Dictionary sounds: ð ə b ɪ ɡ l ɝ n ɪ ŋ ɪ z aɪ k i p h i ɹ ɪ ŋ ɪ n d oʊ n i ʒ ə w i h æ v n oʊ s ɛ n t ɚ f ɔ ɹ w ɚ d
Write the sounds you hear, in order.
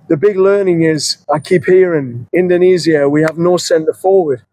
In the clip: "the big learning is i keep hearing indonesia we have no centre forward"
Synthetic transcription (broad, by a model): ð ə b ɪ ɡ l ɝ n ɪ ŋ ɪ z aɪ k i p h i ɹ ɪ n ɪ n d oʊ n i z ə w i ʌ v n oʊ s ɛ n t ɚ f ɔ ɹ w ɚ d